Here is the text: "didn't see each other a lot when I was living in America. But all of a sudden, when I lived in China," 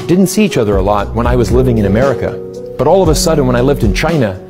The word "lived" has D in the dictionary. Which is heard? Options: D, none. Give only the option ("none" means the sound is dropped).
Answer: D